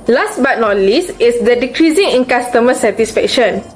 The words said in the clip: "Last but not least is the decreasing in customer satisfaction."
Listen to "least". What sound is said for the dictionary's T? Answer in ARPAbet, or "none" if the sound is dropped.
none